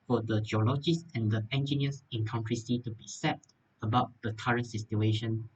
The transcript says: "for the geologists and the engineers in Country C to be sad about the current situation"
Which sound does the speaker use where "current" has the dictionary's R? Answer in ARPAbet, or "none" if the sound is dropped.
R